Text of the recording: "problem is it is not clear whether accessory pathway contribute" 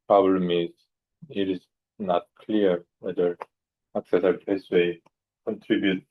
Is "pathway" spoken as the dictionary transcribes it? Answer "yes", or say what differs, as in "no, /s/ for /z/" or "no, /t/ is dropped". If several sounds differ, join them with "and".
no, /s/ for /θ/